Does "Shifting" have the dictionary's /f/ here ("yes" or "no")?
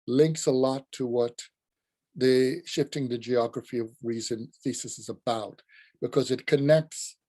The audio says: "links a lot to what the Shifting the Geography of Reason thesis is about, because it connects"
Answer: yes